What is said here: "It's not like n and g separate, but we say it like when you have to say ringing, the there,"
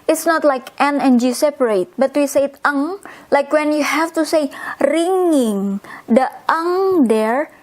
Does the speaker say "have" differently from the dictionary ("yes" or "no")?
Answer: yes